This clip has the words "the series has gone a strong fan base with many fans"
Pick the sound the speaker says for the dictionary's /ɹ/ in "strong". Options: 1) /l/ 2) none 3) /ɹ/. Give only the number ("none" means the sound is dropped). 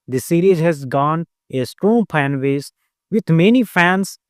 3